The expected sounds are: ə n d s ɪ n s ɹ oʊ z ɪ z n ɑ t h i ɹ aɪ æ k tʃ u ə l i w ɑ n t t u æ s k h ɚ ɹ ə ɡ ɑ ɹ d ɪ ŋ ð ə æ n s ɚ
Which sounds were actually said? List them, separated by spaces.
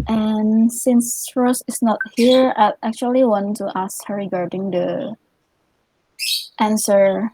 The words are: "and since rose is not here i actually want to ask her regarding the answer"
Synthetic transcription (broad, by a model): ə n s ɪ n s ɹ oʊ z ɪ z n ɑ t h i ɹ aɪ æ k tʃ u ə l i w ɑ n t t u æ s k h ɚ ɹ ə ɡ ɑ ɹ d ɪ ŋ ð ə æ n s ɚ